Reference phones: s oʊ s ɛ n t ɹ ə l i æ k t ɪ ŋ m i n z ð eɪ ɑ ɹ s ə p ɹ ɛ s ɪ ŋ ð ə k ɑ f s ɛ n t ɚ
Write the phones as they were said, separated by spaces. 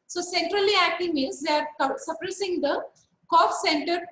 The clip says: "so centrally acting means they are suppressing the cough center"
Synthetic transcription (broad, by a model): s oʊ s ɛ n t ɹ ə l i æ k t ɪ ŋ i z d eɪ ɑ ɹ s ə p ɹ ɛ s ɪ ŋ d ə k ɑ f s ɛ n t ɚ